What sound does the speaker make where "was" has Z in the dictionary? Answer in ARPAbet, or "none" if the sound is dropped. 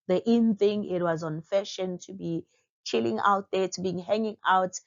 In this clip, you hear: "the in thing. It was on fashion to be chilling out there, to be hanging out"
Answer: Z